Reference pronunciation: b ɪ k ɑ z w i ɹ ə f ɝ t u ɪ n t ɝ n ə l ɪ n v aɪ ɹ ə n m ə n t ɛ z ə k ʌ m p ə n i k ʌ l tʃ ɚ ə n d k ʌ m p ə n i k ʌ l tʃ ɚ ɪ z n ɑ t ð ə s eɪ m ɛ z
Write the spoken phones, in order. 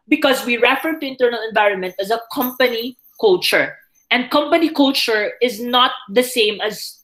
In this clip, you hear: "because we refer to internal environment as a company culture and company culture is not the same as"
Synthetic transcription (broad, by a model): b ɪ k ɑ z w i ɹ ə f ɝ t u ɪ n t ɝ n ə l ɪ n v aɪ ɹ ə n m ə n t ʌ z ə k ʌ m p ə n i k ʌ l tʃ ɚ ə n d k ʌ m p ə n i k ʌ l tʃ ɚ ɪ z n ɑ t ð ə s eɪ m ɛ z